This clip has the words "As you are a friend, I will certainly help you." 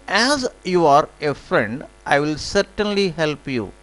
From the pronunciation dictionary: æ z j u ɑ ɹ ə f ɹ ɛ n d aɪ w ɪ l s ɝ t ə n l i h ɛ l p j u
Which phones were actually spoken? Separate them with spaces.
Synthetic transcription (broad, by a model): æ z j u ɑ ɹ ə f ɹ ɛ n d aɪ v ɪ l s ɝ t ə n l i h ɛ l p j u